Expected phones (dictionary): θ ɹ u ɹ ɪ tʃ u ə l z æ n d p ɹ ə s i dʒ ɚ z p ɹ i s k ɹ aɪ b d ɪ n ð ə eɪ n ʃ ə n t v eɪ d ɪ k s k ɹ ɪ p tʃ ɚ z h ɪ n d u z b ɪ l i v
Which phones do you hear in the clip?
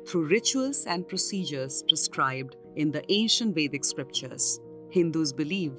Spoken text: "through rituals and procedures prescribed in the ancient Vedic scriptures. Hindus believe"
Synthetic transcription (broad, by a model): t ɹ u ɹ ɪ tʃ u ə l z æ n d p ɹ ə s i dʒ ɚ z p ɹ i s k ɹ aɪ b d ɪ n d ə eɪ n ʃ ə n t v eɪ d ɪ k s k ɹ ɪ p tʃ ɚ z h ɪ n d u z b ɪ l i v